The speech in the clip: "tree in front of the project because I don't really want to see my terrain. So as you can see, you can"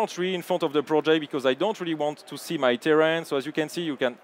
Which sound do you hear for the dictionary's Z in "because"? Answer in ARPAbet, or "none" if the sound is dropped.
Z